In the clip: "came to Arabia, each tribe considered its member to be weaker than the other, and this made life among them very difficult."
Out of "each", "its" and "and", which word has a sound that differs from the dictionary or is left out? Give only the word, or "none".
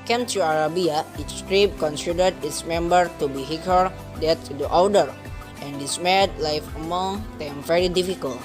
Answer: each